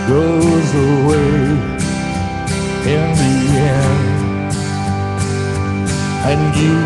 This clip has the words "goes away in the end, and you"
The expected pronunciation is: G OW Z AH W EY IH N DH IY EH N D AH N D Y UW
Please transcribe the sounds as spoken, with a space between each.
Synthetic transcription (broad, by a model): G OW Z AH W EY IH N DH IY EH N AH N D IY